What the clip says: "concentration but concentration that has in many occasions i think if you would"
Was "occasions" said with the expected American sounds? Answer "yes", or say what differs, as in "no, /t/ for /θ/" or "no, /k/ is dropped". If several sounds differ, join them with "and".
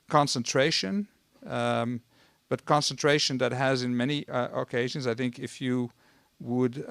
yes